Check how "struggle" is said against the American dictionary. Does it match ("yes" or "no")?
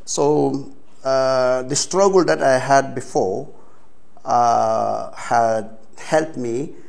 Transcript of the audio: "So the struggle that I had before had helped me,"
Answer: yes